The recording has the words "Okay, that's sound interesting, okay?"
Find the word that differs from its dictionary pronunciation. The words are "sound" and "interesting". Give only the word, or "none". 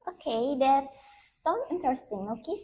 sound